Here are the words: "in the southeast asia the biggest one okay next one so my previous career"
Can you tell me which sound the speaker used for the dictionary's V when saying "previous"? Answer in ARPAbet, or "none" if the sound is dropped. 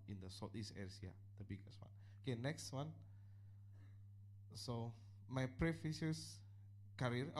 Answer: F